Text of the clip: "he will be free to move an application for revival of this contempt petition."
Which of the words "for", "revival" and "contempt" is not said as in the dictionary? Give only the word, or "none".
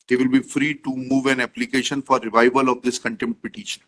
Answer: contempt